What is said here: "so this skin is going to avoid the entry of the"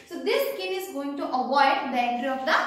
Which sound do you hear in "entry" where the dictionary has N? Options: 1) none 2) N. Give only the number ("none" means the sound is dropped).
1